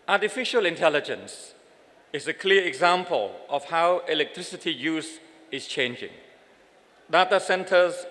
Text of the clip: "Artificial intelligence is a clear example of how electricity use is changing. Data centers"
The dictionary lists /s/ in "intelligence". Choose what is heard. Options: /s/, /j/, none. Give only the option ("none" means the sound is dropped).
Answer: /s/